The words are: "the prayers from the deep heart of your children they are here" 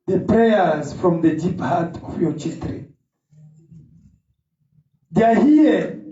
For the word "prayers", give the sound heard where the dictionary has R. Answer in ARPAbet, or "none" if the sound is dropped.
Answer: R